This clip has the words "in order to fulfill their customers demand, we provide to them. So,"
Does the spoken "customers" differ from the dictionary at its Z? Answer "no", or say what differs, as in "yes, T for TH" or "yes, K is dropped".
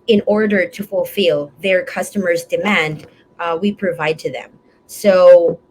no